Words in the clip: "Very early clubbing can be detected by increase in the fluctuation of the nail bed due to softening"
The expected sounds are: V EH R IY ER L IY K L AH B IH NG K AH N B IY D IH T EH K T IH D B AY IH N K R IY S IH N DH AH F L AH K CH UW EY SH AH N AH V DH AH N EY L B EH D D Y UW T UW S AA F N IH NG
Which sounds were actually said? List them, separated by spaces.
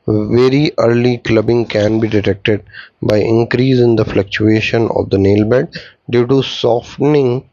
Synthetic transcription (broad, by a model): V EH R IY ER L IY K L AH B IH NG K AH N B IY D IH T EH K T IH D B AY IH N K R IY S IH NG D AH F L AH K CH UW EY SH AH N AH V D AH N EY L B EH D D Y UW T UW S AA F N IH NG